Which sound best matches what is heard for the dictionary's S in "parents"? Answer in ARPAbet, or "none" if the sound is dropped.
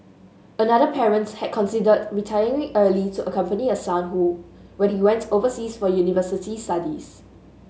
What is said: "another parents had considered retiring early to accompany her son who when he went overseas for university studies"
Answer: none